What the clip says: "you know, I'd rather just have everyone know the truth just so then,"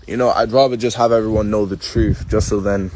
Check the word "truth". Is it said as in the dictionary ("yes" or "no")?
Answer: yes